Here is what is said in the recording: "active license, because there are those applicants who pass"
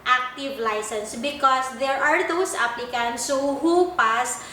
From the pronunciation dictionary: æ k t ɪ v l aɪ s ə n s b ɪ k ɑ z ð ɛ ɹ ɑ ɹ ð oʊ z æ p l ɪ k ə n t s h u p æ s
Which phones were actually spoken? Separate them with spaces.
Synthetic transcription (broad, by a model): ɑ k t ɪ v l aɪ s ə n s b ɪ k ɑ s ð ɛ ɹ ɑ ɹ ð oʊ s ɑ p l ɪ k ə n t s h u p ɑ s